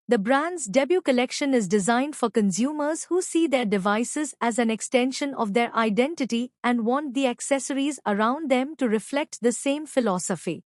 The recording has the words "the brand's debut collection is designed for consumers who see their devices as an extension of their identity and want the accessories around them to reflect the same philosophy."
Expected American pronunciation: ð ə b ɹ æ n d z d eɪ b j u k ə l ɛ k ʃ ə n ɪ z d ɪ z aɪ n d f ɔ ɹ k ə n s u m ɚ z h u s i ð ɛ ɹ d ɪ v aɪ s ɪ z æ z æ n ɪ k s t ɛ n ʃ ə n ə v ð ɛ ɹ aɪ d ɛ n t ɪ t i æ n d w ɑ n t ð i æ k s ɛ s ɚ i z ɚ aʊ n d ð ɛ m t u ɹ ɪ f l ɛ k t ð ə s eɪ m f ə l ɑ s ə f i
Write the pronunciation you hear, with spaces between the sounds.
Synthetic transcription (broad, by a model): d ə b ɹ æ n d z d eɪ b j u k ə l ɛ k ʃ ə n ɪ z d ɪ z aɪ n d f ɔ ɹ k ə n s u m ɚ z h u s i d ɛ ɹ d ɪ v aɪ s ɪ z æ z æ n ɪ k s t ɛ n ʃ ə n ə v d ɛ ɹ aɪ d ɛ n t ɪ t i æ n d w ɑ n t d i æ k s ɛ s ɚ i z ɚ aʊ n d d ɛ m t u ɹ ɪ f l ɛ k t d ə s eɪ m f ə l ɑ s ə f i